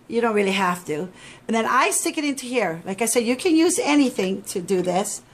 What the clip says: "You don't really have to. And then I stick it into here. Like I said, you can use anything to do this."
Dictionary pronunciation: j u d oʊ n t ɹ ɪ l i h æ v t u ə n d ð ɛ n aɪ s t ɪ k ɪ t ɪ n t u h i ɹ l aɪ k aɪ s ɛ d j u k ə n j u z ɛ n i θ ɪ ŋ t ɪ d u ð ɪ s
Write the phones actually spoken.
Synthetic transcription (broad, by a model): j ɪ d oʊ n t ɹ ɪ l i h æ f t u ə n ð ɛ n aɪ s t ɪ k ɪ t ɪ n t u h i ɹ l aɪ k aɪ s ɛ d j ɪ k ə n j u z ɛ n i θ ɪ ŋ t ɪ d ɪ ð ɪ s